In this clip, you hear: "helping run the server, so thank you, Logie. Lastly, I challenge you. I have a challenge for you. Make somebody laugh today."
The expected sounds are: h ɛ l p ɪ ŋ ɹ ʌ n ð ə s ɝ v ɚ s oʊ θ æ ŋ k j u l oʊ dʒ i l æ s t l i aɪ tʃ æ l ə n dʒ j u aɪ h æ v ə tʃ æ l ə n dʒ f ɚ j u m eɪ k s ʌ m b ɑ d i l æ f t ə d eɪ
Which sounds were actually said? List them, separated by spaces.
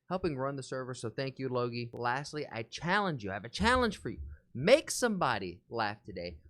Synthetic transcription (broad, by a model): h ɛ l p ɪ ŋ ɹ ʌ n ð ə s ɝ v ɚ s oʊ θ æ ŋ k j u l oʊ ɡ i l æ s t l i aɪ tʃ æ l ə n dʒ j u aɪ v ə tʃ æ l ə n ʒ f ɚ j u m eɪ k s ʌ m b ɑ d i l æ f t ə d eɪ